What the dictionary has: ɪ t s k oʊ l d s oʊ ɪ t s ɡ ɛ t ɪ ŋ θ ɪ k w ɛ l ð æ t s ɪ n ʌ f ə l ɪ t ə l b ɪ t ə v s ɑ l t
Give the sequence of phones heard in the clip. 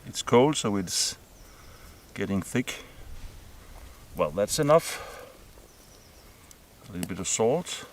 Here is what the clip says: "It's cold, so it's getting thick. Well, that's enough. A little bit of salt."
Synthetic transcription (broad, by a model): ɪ t s k oʊ l d s oʊ ɪ t s ɡ ɛ t ɪ ŋ θ ɪ k w ɛ l ð æ t s ɪ n ʌ f ə l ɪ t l b ɪ t ə v s ɑ l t